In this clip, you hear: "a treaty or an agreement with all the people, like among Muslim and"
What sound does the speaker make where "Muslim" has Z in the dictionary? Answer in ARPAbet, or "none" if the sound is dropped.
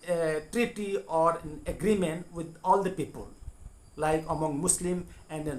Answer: S